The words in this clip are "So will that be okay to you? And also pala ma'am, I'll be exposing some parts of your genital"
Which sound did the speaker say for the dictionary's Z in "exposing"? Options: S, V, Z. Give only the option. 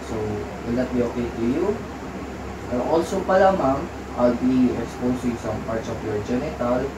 S